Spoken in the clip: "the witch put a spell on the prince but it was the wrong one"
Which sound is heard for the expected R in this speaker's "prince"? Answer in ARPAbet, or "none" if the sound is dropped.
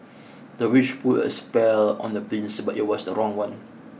L